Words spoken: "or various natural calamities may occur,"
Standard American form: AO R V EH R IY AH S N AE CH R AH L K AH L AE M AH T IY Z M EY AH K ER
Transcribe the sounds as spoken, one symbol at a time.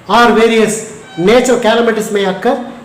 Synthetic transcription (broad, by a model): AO R V EH R IY AH S N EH CH AH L K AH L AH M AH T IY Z M EY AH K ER